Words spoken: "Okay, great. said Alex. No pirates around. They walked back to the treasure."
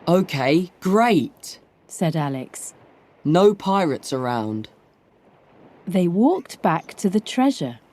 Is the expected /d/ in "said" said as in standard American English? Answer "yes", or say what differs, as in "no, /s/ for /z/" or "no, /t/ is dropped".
yes